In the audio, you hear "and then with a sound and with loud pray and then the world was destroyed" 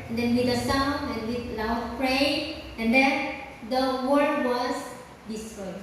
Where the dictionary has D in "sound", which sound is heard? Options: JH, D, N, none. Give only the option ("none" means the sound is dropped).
none